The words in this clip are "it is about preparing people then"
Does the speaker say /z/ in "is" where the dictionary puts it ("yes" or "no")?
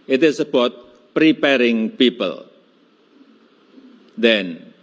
no